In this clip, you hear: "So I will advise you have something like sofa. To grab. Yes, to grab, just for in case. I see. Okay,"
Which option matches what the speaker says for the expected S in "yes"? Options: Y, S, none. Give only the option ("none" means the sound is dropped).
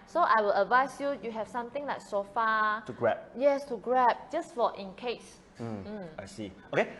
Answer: S